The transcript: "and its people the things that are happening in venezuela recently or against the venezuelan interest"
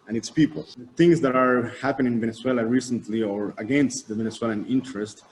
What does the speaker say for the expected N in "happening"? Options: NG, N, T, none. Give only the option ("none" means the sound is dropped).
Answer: none